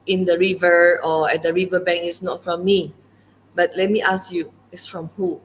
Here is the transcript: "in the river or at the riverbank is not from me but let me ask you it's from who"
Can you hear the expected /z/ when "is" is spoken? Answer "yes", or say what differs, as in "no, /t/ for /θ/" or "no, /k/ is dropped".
no, /s/ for /z/